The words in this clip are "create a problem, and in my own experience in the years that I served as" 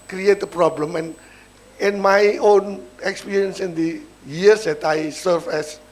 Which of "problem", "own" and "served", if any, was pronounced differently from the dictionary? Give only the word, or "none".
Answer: served